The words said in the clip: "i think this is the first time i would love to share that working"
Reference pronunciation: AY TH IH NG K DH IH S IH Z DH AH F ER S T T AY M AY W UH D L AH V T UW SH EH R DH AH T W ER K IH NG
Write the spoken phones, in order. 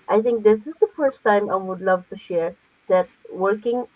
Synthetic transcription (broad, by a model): AY T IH NG K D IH S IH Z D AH F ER S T T AY M AY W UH D L AH V T UW SH EH R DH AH T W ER K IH NG